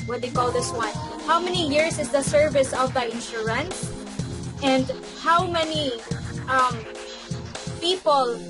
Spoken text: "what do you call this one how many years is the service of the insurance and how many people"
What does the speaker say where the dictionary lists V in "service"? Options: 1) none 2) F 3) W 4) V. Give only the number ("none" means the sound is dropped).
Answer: 4